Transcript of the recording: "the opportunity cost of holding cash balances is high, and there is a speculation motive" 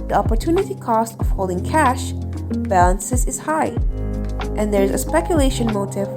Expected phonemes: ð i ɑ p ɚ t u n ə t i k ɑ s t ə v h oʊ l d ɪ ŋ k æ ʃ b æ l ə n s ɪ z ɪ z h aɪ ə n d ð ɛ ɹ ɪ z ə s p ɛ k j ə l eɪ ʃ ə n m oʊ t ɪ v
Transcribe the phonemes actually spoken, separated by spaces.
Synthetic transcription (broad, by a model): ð i ɑ p ɚ t u n ə t i k ɑ s t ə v h oʊ l d ɪ ŋ k æ ʃ b æ l ə n s ɪ z ɪ z h aɪ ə n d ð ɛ ɹ ɪ z ə s p ɛ k j ə l eɪ ʃ ə n m oʊ t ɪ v